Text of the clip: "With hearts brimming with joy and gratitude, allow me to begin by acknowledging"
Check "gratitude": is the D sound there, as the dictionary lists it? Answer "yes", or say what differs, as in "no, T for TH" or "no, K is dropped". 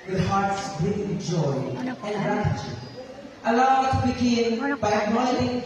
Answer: no, D is dropped